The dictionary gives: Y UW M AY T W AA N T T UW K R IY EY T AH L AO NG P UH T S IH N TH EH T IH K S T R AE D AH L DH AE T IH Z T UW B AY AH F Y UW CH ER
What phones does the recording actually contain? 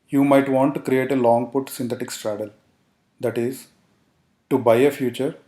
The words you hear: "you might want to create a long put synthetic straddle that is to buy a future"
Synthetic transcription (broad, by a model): Y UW M AY T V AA N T T UW K R IY EY T AH L AO NG P UH T S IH N T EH T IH K S T R AE D AH L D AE T IH Z T UW B AY AH F Y UW CH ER